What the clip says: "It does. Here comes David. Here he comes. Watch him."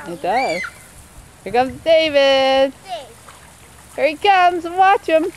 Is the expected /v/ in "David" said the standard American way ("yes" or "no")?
yes